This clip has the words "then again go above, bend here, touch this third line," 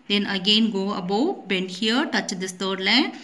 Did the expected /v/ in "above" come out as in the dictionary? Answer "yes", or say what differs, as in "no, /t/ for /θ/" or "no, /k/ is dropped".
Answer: no, /w/ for /v/